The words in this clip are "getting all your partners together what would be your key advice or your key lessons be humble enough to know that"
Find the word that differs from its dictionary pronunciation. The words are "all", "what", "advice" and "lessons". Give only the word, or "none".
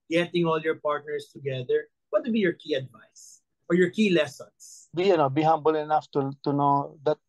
lessons